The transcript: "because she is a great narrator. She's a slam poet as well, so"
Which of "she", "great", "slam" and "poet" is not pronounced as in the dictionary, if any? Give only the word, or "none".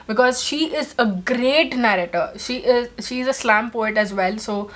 none